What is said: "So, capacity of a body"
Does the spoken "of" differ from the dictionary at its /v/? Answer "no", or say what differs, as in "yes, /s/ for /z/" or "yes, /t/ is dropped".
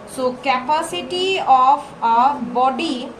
yes, /p/ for /v/